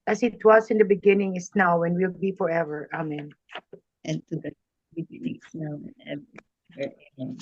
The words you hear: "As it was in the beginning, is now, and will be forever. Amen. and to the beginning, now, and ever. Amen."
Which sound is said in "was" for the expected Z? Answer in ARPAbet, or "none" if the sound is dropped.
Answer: S